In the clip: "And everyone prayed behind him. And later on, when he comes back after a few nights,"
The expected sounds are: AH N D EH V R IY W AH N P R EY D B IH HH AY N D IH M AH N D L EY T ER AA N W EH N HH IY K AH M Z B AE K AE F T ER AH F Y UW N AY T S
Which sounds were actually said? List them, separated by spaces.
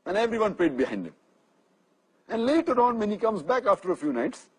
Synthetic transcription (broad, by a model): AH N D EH V R IY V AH N P L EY D B IH HH AY N D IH M AH N D L EY T ER AA N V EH N HH IY K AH M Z B AE K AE F T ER AH F Y UW N AY T S